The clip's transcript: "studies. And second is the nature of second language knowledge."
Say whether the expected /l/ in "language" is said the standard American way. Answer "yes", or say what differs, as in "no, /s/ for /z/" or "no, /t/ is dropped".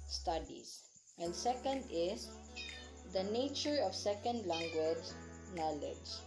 yes